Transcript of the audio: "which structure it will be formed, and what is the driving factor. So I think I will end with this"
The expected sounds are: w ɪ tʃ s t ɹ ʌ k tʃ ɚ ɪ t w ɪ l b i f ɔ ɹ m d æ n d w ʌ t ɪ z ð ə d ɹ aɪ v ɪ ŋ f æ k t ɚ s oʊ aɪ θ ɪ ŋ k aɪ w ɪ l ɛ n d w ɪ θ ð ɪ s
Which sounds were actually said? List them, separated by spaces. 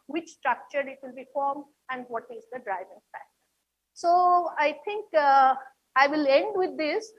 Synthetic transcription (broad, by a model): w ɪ tʃ s t ɹ ʌ k tʃ ɚ ɪ t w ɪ l b i f ɔ ɹ m d æ n d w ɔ t ɪ z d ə d ɹ aɪ v ɪ ŋ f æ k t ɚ s oʊ aɪ t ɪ ŋ k aɪ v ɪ l ɛ n d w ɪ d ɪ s